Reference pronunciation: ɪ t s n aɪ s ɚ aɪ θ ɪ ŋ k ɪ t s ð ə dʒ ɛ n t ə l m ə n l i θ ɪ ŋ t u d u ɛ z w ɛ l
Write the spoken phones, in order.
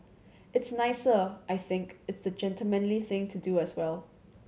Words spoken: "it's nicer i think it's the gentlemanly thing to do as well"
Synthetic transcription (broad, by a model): ɪ t s n aɪ s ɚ aɪ θ ɪ ŋ k ɪ t s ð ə dʒ ɛ n t ə l m ə n l i θ ɪ ŋ t u d u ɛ s w ɛ l